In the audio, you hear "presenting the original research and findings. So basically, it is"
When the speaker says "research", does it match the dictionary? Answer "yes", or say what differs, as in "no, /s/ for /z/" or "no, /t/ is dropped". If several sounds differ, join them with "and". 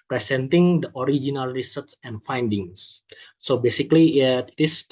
no, /s/ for /tʃ/